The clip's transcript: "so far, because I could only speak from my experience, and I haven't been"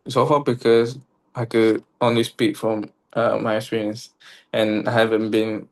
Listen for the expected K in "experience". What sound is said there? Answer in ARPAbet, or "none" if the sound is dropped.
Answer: none